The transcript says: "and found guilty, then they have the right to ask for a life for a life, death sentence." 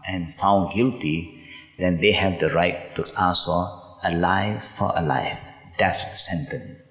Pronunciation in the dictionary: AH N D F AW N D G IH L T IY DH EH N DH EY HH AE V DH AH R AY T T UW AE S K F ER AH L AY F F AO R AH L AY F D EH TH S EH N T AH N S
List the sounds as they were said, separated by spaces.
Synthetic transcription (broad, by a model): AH N F AW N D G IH L T IY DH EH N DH EY HH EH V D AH R AY T T UW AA S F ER AH L AY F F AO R AH L AY F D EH F S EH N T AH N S